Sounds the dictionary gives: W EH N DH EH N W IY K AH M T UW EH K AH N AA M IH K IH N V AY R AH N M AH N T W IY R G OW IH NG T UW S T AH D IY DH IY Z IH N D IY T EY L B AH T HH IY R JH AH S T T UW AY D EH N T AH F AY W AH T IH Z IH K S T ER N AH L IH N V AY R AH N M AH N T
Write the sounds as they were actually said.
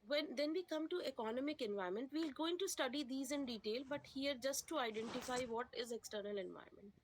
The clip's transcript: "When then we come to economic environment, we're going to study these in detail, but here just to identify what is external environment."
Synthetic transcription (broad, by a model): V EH N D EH N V IY K AH M T UW EH K AH N AA M IH K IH N V AY R M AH N T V IY L G OW IH NG T UW S T AH D IY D IY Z IH N D IY T EY L B AH T HH IY R JH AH S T T UW AY D EH N T AH F AY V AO T IH Z IH K S T ER N AH L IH N V AY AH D M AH N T